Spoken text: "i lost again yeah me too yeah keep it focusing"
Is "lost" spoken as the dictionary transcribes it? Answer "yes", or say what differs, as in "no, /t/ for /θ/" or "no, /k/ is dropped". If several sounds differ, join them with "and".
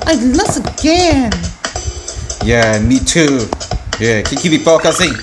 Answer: no, /t/ is dropped